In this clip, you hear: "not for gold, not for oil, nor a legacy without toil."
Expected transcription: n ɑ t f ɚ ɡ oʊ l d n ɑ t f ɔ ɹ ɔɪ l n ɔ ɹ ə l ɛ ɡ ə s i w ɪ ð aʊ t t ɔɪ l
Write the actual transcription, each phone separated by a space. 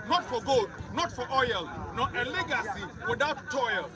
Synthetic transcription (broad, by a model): n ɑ t f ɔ ɡ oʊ d n ɑ t f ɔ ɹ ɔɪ l n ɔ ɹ ə l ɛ ɡ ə s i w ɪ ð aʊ t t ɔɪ l